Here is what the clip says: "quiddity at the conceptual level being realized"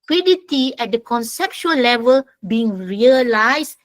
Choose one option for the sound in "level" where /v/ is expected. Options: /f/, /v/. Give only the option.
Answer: /v/